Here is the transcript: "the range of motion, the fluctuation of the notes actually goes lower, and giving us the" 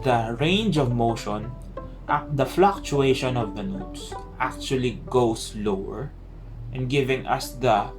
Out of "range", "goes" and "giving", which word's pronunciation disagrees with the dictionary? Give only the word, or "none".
goes